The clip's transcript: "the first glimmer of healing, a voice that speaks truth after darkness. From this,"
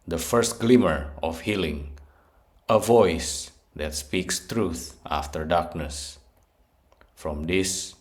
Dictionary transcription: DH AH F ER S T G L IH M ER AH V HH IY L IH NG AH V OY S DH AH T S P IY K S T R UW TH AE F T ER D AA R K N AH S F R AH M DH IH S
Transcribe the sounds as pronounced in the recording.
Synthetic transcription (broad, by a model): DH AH F ER S T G L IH M ER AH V HH IY L IH NG AH V OY S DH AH T S P IY K S T R UW TH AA F T ER D AA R K N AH S F R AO M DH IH S